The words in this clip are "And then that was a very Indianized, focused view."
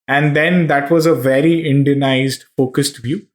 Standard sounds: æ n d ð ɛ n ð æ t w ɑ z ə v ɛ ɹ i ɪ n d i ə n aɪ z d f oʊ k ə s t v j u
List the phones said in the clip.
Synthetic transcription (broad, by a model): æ n d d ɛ n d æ t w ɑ z ə v ɛ ɹ i ɪ n d i ə n aɪ z d f oʊ k ə s t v j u